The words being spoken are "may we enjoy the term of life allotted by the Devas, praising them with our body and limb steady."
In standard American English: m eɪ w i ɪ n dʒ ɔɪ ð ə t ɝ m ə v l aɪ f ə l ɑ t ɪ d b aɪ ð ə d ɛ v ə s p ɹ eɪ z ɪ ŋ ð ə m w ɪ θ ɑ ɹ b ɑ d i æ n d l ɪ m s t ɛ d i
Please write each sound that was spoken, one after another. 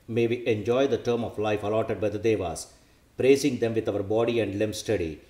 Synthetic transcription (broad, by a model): m eɪ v i ɪ n dʒ ɔɪ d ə t ɝ m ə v l aɪ f ə l ɑ t ɪ d b aɪ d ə d ɛ v ə s p ɹ eɪ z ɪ ŋ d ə m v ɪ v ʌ ɹ b ɑ d i æ n d l ɪ m s t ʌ d i